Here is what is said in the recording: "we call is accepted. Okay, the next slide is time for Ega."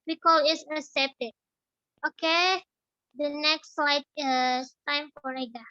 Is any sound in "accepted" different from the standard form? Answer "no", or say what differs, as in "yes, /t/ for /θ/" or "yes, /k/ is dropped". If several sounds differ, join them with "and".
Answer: yes, /k/ is dropped